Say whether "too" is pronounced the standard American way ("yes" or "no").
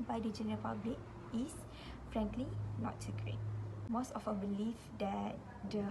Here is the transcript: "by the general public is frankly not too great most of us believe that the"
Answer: no